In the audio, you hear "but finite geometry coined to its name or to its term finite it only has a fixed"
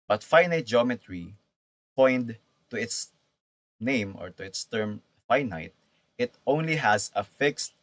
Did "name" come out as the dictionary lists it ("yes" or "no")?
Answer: yes